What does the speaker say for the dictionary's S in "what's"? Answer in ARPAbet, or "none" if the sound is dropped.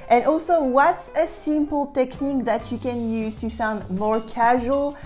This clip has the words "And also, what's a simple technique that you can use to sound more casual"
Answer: S